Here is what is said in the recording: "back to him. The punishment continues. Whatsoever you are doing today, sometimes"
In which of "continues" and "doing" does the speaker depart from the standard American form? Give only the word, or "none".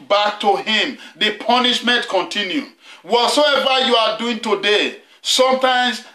continues